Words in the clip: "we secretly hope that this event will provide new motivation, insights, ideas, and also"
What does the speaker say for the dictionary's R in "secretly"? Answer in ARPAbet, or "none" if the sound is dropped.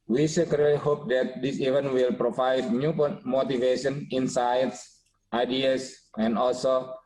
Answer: none